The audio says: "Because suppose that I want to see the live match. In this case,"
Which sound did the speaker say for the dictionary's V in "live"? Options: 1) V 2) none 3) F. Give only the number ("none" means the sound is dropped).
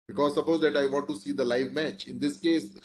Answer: 1